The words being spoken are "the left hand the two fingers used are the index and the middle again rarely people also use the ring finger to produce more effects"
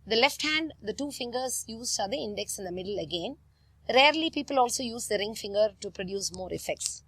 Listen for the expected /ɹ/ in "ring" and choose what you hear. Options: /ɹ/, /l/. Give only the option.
/ɹ/